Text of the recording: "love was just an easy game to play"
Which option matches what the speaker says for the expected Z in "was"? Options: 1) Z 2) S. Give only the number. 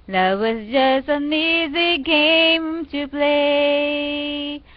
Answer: 2